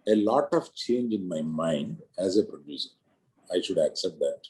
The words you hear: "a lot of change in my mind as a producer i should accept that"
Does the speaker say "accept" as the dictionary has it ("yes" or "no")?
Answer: yes